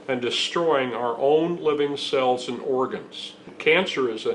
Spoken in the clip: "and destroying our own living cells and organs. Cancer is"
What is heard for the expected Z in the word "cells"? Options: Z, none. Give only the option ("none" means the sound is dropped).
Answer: Z